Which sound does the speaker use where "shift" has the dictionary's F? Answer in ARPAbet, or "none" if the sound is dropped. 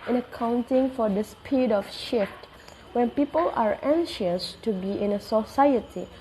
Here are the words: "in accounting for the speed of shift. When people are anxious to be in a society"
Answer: F